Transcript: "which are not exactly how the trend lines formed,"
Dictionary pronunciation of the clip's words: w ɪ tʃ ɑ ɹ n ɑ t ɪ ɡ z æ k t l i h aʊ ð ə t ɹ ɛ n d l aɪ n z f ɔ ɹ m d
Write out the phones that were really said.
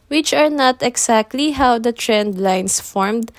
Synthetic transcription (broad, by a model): w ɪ tʃ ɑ ɹ n ɑ t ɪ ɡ s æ k t l i h aʊ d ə t ɹ ɛ n d l aɪ n s f ɔ ɹ m d